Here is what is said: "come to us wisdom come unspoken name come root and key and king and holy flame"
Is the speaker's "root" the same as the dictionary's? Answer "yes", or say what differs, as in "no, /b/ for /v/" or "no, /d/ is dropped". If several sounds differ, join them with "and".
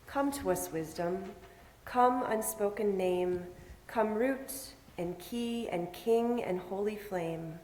yes